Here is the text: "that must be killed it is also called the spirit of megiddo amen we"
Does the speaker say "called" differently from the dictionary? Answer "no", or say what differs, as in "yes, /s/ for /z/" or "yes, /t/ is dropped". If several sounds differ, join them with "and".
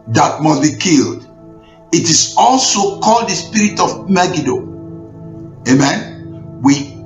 no